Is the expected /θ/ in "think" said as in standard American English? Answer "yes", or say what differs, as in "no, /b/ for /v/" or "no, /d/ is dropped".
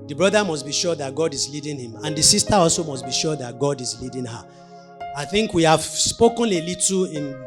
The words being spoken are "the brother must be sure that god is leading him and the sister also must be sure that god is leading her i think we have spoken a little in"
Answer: yes